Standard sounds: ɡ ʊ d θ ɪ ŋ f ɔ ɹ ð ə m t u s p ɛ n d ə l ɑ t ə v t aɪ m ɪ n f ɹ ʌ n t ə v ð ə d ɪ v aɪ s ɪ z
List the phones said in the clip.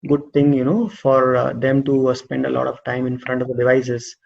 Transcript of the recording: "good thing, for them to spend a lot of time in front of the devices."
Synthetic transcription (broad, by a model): ɡ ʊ d t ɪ ŋ f ɔ ɹ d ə m t u s p ɛ n d ə l ɑ t ə v t aɪ m ɪ n f ɹ ʌ n t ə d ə d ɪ v aɪ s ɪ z